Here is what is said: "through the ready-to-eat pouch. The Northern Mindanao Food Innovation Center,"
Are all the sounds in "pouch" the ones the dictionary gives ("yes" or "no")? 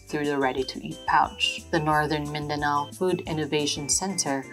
yes